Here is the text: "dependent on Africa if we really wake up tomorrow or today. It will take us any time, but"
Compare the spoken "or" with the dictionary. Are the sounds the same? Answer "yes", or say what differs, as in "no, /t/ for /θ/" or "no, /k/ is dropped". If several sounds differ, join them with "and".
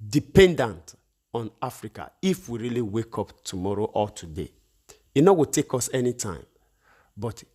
no, /l/ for /ɹ/